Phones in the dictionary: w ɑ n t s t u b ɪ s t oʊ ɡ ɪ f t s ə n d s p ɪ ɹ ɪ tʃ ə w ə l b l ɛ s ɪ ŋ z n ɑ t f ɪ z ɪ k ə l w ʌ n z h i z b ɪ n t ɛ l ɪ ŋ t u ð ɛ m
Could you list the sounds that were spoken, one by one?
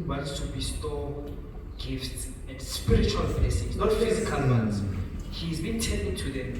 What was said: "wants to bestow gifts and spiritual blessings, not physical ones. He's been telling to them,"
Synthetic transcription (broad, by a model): w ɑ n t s t u b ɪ s t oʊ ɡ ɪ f t s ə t s p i ɹ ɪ tʃ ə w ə l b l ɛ s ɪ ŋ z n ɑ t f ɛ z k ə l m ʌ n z h i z b ɪ n t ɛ n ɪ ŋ t u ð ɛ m